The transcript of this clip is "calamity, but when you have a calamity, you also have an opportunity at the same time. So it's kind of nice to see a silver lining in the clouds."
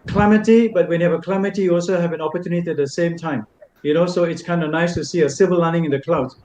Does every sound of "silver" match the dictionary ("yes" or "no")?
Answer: no